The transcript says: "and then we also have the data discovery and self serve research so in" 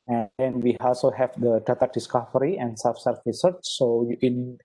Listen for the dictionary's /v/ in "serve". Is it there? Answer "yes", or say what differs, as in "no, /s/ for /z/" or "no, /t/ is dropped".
no, /f/ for /v/